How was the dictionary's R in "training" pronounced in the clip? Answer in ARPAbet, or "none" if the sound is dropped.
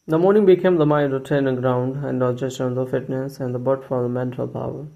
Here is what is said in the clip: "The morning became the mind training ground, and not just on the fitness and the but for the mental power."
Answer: none